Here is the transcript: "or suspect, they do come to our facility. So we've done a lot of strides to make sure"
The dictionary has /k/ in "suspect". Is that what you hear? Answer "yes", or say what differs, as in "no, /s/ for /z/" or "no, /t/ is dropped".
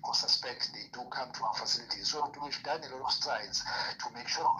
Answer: yes